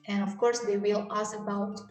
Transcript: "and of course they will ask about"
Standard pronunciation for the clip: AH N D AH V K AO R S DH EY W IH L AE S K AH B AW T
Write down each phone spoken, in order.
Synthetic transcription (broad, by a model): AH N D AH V K AO R S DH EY W IH L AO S AH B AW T